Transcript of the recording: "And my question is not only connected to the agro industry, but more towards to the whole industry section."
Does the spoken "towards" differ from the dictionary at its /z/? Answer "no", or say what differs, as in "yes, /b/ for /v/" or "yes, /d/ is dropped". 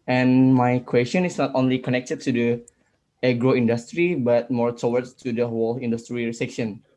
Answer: yes, /z/ is dropped